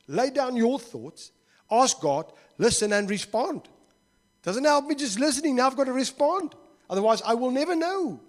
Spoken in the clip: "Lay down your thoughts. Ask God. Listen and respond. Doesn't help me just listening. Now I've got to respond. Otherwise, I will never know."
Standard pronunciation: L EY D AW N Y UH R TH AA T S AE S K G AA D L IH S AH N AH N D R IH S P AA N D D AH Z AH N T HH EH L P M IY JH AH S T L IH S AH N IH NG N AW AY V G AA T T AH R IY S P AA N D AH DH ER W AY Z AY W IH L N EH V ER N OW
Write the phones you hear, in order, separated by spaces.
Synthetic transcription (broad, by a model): L EY D AW N Y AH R TH AA T S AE S K G AA D L IH S AH N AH N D R IH S P AA N D D AH Z AH N T HH EH L P M IY JH AH S T L IH S AH N IH NG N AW AY V G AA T T AH R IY S P AA N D AH DH ER W AY Z AY W IH L N EH V ER N OW